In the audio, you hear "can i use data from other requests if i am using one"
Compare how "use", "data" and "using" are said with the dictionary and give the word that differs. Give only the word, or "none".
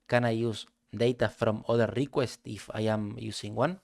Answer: using